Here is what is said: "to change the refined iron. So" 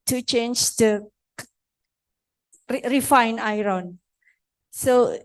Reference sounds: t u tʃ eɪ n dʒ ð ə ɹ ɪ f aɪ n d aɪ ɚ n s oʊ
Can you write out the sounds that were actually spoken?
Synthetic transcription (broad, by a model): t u tʃ eɪ n dʒ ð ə ɹ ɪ f aɪ n aɪ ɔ n s oʊ